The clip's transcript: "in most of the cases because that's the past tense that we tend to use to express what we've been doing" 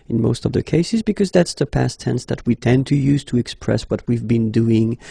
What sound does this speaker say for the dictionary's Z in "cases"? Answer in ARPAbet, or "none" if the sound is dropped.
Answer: Z